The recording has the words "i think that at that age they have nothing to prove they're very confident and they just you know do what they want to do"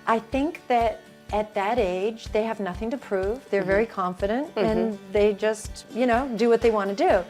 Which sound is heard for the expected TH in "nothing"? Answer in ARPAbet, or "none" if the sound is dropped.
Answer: TH